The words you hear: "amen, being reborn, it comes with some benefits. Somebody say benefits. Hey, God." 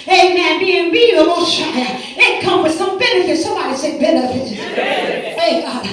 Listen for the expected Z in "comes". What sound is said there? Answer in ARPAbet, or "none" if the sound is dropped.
none